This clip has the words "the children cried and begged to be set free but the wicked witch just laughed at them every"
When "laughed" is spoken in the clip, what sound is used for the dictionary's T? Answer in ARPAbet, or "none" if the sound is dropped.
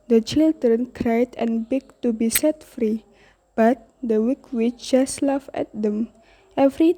none